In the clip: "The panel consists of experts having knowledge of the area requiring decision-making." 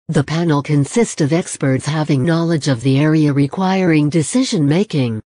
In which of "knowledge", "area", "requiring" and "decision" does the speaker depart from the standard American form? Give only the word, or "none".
none